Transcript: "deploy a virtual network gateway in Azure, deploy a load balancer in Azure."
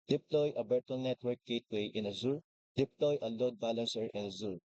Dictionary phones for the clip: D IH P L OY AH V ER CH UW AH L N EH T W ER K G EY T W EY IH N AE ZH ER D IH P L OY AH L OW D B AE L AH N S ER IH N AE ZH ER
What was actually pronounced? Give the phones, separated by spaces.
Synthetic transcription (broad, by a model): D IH P L OY AH B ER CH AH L N EH T W ER K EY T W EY IH N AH Z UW D IH P L OY AH L OW D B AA L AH N S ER IH N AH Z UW